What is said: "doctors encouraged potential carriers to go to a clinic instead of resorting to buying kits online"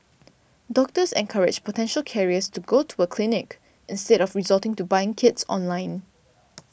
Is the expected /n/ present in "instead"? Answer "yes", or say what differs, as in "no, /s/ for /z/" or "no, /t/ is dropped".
yes